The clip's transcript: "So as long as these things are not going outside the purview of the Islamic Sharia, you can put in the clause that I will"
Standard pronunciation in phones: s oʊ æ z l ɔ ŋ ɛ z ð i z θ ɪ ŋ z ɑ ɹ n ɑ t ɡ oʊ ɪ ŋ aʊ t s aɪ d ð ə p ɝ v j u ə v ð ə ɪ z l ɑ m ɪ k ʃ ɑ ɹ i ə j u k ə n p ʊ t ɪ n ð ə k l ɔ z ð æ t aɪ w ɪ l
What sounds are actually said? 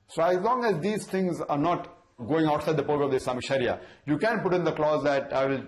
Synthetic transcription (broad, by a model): s oʊ æ z l ɔ ŋ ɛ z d i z t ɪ ŋ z ɑ ɹ n ɑ t ɡ oʊ ɪ ŋ aʊ t s aɪ d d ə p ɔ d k ə v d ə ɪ s l ɑ m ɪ ʃ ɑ ɹ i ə j u k ə n p ʊ t ɪ n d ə k l ɔ z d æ t aɪ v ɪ l